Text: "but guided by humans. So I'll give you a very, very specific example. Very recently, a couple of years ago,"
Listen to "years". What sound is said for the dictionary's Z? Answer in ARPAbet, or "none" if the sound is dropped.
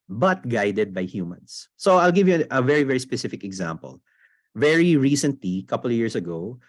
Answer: S